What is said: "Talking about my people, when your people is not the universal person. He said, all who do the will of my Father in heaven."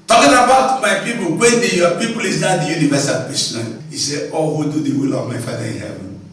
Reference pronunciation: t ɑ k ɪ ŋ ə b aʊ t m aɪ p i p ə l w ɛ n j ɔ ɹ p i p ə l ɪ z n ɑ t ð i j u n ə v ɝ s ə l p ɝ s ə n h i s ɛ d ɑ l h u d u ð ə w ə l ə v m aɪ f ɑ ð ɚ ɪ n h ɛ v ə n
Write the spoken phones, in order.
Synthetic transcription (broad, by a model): t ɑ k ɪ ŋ ə b aʊ t m aɪ p i p ə l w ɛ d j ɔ p i p ə l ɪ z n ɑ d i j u n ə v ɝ s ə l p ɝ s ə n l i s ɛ ɑ l h u d u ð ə w ə l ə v m aɪ f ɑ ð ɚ ɪ n h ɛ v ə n